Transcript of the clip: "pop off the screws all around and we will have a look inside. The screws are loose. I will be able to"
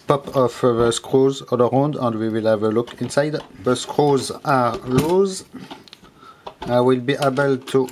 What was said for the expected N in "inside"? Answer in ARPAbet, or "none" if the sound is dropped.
N